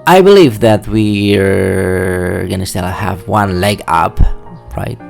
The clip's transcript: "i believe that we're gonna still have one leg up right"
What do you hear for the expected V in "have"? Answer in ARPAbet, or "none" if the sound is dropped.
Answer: V